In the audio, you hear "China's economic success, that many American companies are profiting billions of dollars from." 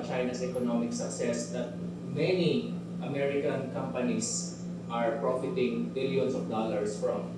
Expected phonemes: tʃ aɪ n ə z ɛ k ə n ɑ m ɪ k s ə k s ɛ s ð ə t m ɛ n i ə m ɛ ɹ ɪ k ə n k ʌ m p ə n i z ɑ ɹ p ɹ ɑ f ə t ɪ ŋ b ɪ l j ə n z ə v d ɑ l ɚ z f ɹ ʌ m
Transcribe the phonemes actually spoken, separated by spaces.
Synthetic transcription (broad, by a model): tʃ aɪ n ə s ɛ k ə n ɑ m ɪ k s ə k s ɛ s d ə t m ɛ n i ə m ɛ ɹ ɪ k ə n k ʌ m p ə n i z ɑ ɹ p ɹ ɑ f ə t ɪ ŋ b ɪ l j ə n s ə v d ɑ l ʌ s f ɹ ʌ m